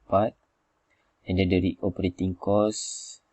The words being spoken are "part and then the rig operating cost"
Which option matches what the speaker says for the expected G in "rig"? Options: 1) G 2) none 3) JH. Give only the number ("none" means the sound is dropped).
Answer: 2